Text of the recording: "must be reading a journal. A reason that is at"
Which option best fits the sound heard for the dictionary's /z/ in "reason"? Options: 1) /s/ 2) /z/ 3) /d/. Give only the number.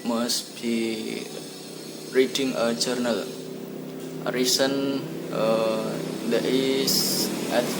1